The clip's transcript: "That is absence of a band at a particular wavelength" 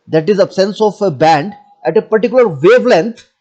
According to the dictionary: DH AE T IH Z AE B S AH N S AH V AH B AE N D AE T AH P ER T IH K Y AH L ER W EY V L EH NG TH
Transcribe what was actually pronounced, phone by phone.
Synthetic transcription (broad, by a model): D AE T IH Z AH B S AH N S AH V AH B AE N D AE T AH P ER T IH K Y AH L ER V EY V L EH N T